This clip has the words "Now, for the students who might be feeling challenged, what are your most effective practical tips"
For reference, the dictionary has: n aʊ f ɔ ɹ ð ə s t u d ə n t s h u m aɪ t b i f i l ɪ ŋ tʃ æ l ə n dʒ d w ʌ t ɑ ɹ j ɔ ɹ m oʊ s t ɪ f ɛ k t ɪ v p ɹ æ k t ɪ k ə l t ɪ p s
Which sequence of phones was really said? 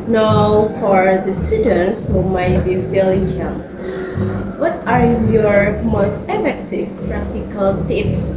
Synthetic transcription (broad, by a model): n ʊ f ɔ ɹ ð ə s t u d ə n t s h u m aɪ t b i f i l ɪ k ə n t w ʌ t ɑ ɹ j ɔ ɹ m oʊ s t ɪ f ɛ k t ɪ v p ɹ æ k t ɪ k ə l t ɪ p s